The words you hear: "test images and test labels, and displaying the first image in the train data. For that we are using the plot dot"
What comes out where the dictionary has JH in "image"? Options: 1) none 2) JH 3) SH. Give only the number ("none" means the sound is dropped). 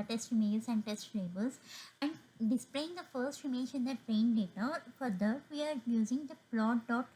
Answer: 3